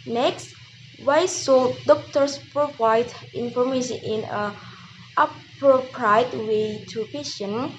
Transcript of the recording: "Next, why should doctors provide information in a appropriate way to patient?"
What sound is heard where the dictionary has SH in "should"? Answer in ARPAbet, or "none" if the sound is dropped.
S